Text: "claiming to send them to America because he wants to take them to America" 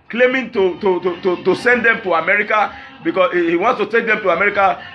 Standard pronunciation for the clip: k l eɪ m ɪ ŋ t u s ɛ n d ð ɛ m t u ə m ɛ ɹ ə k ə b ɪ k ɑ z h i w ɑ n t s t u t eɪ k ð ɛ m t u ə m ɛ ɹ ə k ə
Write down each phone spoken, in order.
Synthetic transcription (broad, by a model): k l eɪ m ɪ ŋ t u s ɛ n d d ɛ m t u ə m ɛ ɹ ə k ə b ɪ k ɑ h i w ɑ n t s t u t eɪ k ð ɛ m t u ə m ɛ ɹ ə k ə